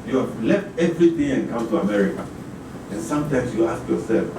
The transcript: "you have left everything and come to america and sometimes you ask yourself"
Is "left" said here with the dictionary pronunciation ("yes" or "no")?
yes